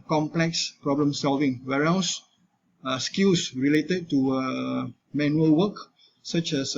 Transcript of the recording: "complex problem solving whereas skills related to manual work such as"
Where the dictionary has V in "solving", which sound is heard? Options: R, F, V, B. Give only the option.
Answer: V